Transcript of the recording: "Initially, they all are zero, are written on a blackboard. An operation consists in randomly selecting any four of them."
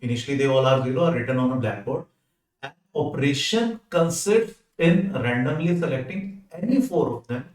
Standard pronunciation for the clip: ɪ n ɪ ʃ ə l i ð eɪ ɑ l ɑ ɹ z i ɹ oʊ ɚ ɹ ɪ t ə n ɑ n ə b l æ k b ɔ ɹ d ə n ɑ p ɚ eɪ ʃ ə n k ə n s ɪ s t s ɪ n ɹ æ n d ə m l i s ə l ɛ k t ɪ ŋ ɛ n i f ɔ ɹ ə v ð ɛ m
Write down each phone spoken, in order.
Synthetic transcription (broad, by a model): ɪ n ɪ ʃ ə l i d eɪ ɑ l ɑ ɹ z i l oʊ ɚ ɹ ɪ t ə n ɑ n ə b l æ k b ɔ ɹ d ə n ɑ p ɚ eɪ ʃ ə n k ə n s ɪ t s ɪ n ɹ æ n d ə m l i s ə l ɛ k t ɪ ŋ ɛ n i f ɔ ɹ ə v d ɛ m